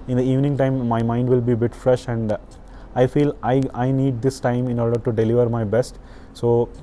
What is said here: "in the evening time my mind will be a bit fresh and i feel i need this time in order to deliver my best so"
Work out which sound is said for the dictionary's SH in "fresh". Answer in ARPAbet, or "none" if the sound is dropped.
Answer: SH